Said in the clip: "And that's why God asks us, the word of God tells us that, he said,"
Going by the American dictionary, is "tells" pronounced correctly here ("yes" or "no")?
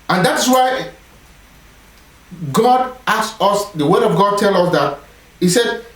no